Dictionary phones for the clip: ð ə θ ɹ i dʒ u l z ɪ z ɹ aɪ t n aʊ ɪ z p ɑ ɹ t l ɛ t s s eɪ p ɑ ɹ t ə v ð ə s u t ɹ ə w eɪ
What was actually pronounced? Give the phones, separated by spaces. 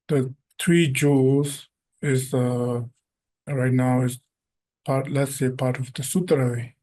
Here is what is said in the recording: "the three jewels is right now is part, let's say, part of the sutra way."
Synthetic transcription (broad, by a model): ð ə t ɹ i dʒ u z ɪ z ɹ aɪ t n aʊ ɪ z p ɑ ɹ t l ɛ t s s eɪ p ɑ ɹ t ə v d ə s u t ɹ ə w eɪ